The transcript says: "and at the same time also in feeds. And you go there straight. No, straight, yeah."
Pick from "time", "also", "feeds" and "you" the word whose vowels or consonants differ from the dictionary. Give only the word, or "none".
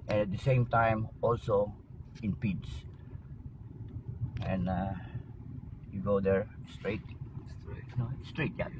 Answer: feeds